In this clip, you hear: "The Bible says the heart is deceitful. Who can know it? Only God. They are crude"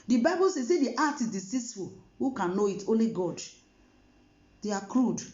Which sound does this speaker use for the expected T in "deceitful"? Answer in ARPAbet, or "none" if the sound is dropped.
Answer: S